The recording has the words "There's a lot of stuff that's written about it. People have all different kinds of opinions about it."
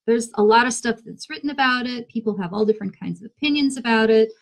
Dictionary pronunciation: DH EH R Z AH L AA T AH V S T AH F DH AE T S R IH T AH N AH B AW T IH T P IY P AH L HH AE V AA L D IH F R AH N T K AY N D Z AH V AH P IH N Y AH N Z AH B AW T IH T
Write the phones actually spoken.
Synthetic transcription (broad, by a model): DH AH R Z AH L AA T AH V S T AH F DH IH T S R IH T N AH B AW T IH T P IY P L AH V AA L D IH F R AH N K AY N D Z AH V AH P IH N Y AH N Z AH B AW T IH T